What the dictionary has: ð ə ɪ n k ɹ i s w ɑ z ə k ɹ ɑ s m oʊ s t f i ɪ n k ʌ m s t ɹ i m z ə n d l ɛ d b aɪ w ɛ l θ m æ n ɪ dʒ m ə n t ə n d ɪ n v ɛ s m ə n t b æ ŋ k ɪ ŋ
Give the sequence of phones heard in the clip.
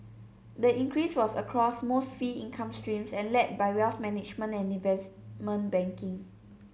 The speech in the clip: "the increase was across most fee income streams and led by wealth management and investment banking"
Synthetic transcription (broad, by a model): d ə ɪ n k ɹ i s w ɑ s ə k ɹ ɑ s m oʊ s t f i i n k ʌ m s t ɹ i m s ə n l ɛ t b aɪ w ɛ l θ m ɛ n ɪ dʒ m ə n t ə n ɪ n v ɛ s m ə n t b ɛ ŋ k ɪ ŋ